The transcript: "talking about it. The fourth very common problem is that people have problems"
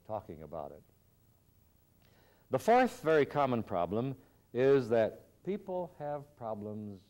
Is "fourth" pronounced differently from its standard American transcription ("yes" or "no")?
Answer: no